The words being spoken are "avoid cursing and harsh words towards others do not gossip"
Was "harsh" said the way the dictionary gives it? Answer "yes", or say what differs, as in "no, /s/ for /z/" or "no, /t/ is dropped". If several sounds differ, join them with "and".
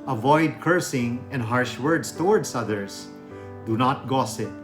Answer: yes